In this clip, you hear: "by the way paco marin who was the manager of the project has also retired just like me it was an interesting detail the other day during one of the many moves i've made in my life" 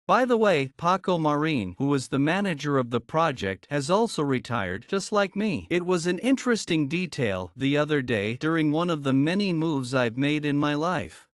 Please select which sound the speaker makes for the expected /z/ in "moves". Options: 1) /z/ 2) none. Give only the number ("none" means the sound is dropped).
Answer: 1